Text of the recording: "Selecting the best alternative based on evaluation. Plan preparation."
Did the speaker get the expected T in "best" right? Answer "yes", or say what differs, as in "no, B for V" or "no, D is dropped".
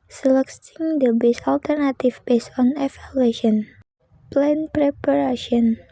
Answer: no, T is dropped